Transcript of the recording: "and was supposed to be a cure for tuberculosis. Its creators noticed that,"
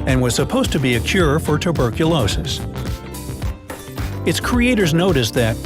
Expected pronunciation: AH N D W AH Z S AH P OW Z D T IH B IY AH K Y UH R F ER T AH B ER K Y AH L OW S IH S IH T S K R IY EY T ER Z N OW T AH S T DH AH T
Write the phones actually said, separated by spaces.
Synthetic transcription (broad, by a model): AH N W AH Z S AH P OW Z T IH B IY AH K Y UH R F ER T AH B ER K Y AH L OW S IH S IH T S K R IY EY T ER Z N OW T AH S DH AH T